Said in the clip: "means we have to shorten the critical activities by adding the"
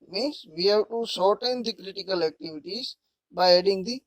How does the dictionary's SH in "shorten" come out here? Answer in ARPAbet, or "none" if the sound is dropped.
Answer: S